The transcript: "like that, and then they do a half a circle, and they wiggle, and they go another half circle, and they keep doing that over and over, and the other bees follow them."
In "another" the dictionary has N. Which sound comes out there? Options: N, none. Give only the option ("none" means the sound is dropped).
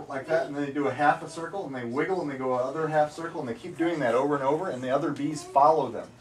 none